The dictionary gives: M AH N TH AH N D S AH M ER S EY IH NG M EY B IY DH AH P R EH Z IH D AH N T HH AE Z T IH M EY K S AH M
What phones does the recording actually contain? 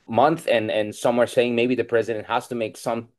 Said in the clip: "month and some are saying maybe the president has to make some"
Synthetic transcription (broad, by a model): M AH N TH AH N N S AH M ER S EY IH NG M EY B IY DH AH P R EH Z IH D AH N T HH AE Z T IH M EY K S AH M